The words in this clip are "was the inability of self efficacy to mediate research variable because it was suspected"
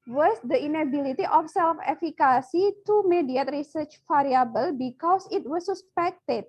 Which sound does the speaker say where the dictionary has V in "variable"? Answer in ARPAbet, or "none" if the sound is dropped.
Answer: F